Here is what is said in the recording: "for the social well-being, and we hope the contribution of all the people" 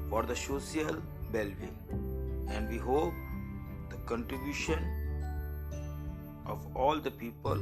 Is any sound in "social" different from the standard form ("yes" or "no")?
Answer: yes